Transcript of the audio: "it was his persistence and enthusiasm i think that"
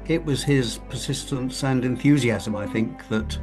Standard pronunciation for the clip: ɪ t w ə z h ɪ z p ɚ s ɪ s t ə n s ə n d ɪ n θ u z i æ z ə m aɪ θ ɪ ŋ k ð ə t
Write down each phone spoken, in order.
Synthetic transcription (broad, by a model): ɪ t w ə z ɪ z p ɚ s ɪ s t ə n s ə n d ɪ n θ u z i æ z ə m aɪ θ ɪ ŋ k ð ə t